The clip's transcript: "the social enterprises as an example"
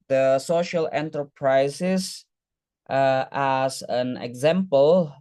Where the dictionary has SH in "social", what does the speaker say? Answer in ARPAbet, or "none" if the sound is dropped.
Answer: SH